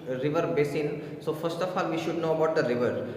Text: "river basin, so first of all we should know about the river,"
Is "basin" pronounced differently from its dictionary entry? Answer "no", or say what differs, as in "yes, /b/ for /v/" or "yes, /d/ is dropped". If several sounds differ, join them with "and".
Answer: no